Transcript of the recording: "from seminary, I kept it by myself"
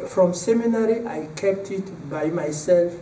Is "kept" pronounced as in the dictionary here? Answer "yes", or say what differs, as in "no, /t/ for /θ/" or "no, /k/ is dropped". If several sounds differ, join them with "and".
yes